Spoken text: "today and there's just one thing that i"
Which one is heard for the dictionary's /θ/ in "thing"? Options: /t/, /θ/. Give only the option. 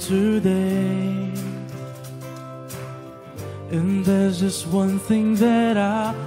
/θ/